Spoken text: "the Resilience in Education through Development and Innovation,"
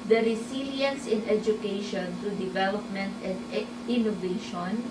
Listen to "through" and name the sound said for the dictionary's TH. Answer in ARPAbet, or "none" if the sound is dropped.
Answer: T